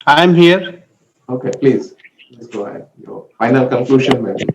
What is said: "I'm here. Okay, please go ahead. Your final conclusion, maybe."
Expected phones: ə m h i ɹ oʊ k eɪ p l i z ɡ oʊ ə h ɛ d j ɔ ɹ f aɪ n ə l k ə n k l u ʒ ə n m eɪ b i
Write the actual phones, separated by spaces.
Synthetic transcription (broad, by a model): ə m h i ɹ oʊ k eɪ p l i z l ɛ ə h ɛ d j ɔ f aɪ n ə l k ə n k l u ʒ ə n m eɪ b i